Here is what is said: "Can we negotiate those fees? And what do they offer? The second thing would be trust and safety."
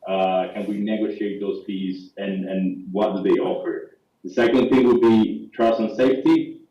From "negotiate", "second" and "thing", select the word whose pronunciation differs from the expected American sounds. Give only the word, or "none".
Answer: none